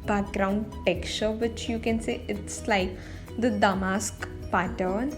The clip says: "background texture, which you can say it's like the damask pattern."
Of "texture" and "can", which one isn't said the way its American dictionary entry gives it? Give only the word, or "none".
texture